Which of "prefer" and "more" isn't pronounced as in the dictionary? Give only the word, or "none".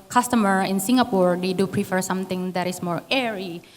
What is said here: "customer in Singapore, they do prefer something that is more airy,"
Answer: none